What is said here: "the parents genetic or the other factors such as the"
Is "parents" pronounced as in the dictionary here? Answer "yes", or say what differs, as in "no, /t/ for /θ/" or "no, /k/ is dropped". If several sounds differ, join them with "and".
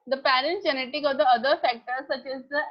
no, /s/ is dropped